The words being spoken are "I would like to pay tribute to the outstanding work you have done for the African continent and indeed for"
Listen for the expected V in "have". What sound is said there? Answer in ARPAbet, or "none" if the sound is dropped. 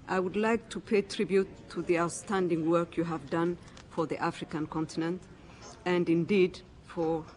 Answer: V